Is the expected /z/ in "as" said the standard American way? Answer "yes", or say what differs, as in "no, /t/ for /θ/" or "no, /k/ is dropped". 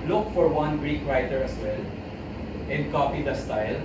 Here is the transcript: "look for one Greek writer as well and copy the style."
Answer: no, /s/ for /z/